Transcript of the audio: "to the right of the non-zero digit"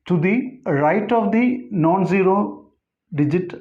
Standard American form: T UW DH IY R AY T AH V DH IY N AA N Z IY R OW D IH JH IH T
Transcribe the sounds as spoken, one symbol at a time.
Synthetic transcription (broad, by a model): T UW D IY R AY T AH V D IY N AA N Z IY R OW D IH JH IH T